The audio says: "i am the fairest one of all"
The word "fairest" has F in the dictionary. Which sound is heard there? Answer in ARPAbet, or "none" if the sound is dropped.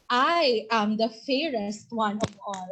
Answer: F